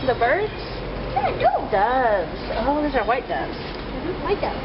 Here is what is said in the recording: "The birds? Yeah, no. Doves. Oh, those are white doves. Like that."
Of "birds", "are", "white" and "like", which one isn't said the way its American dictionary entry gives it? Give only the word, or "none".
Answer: like